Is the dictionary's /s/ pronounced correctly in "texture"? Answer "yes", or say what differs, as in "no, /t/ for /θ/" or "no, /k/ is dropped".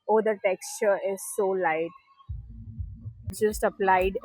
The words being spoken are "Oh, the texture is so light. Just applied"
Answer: yes